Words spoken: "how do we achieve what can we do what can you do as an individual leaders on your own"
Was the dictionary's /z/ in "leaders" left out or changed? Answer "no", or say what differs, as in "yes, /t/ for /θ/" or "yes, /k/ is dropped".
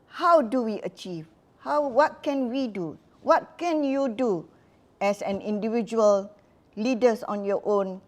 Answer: yes, /s/ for /z/